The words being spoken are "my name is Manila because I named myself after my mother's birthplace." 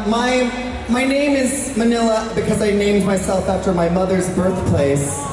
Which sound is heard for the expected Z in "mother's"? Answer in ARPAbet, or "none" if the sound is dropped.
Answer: Z